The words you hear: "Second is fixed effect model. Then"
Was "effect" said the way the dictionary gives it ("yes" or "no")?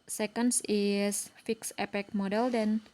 no